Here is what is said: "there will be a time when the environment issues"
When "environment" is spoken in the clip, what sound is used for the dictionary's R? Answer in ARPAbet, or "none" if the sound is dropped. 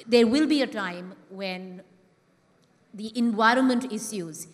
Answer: R